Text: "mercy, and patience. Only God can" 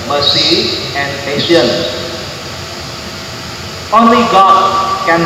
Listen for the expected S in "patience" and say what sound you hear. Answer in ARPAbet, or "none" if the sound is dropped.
none